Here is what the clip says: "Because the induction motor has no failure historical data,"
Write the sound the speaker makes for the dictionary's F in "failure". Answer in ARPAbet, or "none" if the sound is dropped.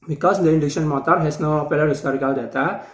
P